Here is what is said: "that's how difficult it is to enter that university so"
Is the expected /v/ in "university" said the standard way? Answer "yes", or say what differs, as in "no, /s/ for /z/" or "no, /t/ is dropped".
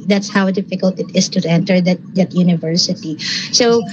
yes